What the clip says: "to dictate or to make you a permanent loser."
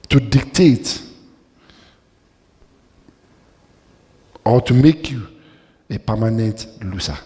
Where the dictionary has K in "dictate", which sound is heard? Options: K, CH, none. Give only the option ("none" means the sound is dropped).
K